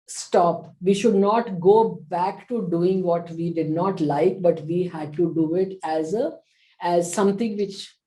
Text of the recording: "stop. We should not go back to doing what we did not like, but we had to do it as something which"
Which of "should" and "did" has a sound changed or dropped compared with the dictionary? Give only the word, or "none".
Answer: none